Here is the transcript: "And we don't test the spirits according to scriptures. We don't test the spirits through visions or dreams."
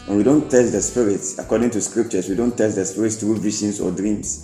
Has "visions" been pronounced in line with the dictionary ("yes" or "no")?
no